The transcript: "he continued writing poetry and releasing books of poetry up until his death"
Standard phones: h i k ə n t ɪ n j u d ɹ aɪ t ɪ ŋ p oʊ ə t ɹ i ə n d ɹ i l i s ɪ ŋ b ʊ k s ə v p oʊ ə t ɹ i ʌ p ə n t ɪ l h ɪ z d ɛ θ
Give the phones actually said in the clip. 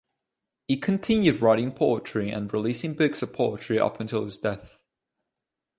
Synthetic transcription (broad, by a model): h i k ə n t ɪ n j u d ɹ aɪ t ɪ ŋ p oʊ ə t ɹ i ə n ɹ i l i s ɪ ŋ b ʊ k s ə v p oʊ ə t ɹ i ʌ p ə n t ɪ l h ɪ z d ɛ θ